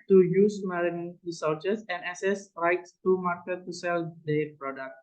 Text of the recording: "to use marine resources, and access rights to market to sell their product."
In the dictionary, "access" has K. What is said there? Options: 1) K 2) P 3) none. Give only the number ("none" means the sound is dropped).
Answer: 3